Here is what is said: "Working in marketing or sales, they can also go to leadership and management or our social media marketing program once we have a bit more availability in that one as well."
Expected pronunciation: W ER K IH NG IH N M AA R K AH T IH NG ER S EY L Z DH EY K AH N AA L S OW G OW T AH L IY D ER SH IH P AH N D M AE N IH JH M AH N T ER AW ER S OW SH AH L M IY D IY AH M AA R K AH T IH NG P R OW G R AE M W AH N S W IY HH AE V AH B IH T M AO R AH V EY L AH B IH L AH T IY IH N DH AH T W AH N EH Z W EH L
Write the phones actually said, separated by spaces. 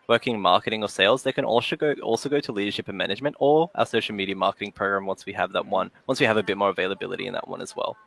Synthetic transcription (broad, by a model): W ER K IH NG M AA R K AH T IH NG ER S EY L Z DH EY K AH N AA L S OW G OW T AH L IY D ER SH IH P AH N M AE N IH JH M AH N T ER AW ER S OW SH L M IY D IY AH M AA R K AH T IH NG P R OW G R AE M W AH N S W IY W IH V AH B IH T M AO R AH V EY L AH B IH L AH T IY IH N DH AH T W AH N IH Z W EH L